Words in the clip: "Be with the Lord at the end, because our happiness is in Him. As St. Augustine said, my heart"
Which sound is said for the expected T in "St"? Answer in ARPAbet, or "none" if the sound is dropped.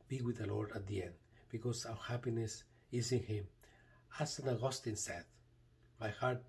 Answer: none